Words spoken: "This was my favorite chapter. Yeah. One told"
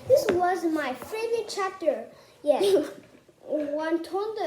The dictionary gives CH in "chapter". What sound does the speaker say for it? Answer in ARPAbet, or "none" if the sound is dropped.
CH